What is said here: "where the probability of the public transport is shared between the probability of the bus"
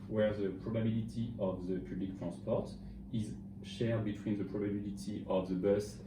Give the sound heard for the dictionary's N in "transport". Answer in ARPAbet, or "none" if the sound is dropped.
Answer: none